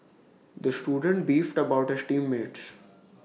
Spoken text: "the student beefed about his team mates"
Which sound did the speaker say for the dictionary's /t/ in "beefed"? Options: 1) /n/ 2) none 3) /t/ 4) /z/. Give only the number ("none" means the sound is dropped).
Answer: 3